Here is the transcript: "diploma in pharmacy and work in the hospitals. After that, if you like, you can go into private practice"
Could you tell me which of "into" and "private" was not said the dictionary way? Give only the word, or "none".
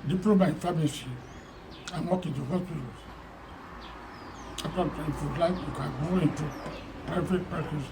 private